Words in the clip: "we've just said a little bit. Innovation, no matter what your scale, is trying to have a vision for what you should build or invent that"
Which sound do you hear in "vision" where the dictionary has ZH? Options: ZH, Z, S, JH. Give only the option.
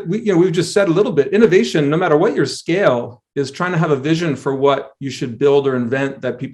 ZH